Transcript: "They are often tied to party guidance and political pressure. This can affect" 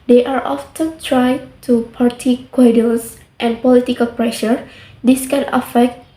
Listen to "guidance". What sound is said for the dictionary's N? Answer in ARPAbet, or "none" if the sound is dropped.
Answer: L